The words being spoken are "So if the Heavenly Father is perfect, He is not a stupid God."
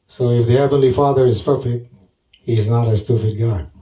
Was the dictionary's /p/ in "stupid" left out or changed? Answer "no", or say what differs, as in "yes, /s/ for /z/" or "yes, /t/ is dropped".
yes, /f/ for /p/